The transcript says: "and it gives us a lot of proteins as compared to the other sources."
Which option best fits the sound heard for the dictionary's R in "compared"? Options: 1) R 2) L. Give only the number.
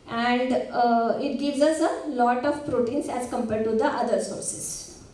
2